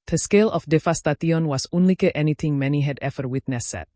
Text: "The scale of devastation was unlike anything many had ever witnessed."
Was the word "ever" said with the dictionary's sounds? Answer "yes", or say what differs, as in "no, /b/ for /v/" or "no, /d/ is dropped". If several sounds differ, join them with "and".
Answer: no, /f/ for /v/